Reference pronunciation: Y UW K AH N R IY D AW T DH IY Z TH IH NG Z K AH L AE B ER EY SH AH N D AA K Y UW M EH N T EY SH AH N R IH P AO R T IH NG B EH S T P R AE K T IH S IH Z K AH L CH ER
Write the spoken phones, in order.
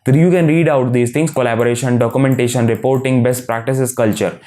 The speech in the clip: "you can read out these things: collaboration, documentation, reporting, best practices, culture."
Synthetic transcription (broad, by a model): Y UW K AH N R IY D AW T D IY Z T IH NG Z K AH L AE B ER EY SH AH N D AA K Y UW M EH N T EY SH AH N R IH P AO R T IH NG B EH S T P R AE K T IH S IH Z K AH L CH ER